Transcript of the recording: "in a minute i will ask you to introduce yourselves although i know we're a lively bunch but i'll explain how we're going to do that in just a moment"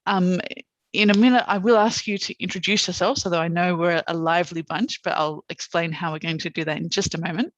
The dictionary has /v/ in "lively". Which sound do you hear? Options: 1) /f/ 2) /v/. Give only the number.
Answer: 2